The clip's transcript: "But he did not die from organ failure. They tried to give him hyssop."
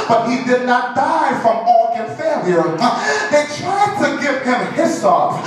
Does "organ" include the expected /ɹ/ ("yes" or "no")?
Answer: no